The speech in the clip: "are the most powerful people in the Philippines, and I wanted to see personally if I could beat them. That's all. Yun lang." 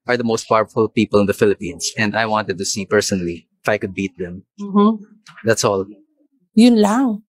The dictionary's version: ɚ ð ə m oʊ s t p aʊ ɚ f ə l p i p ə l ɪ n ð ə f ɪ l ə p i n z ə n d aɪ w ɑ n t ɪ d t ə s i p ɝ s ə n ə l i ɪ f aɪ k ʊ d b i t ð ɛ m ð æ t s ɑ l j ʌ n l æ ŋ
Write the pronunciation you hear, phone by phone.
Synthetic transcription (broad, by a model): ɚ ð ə m oʊ s t p aʊ ɚ f ə l p i p ə l ɪ n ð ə f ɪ l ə p i n s ə n d aɪ w ɑ n t ɪ d t ə s i p ɝ s ə n ə l i ɪ f aɪ k ʊ d b i t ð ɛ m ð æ t s ɑ l j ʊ n l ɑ ŋ